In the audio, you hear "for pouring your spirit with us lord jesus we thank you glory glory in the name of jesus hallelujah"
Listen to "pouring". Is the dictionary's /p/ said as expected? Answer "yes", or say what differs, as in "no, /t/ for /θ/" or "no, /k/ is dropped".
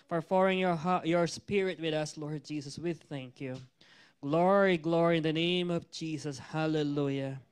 no, /f/ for /p/